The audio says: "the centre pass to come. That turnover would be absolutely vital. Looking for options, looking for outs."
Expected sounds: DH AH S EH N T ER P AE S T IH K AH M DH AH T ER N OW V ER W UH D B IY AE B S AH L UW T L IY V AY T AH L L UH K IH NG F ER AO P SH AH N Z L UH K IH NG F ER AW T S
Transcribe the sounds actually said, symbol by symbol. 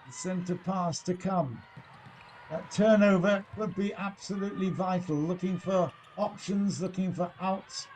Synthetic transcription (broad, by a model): S EH N T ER P AE S T IH K AH M DH AH T ER N OW V ER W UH D B IY AE B S AH L UW T L IY V AY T L L UH K IH NG F ER AO P SH AH N Z L UH K IH NG F ER AW T S